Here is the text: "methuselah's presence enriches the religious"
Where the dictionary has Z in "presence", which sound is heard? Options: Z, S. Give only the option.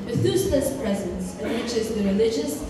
Z